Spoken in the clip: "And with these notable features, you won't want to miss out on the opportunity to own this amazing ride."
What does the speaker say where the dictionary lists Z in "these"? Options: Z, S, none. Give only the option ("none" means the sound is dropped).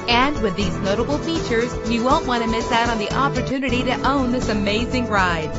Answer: Z